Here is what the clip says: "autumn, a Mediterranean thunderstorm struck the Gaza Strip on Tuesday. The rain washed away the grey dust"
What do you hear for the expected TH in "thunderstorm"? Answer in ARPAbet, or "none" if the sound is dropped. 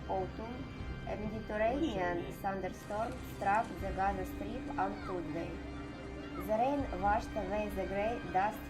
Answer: S